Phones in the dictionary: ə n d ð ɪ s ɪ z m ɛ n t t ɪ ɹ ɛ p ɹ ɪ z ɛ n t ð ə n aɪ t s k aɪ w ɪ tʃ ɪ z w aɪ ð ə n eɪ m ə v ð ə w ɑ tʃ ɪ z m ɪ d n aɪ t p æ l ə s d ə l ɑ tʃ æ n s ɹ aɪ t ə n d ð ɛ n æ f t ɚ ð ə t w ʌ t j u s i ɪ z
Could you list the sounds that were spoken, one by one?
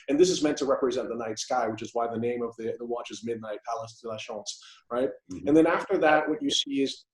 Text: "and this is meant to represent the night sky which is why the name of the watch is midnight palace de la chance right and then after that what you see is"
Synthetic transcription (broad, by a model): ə n ð ɪ s ɪ z m ɛ n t t ɪ ɹ ɛ p ɹ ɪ z ɛ n ð ə n aɪ t s k aɪ w ɪ tʃ ɪ z w aɪ ð ə n eɪ m ə v ð ə w ɑ tʃ ɪ z m ɪ d n aɪ t p æ l ə s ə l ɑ ʃ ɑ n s ɹ aɪ t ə n ð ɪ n æ f t ɚ ð ə t w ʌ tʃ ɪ s i ɪ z